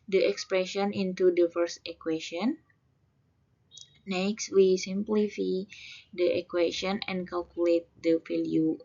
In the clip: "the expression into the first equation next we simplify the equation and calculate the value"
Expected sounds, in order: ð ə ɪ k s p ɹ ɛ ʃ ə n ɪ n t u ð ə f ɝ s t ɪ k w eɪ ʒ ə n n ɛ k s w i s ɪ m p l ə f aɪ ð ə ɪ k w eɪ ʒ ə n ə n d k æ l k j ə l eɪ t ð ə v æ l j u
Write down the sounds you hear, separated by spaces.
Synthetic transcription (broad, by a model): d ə ɪ k s p ɹ ɛ ʃ ə n ɪ n t u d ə f ɝ s t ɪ k w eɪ ʃ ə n n ɛ k s w i s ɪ m p l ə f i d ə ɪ k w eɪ ʃ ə n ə n k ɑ l k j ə l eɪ t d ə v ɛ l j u